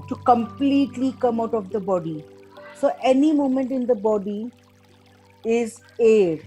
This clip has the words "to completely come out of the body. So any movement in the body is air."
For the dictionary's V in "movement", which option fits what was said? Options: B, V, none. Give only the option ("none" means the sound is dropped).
none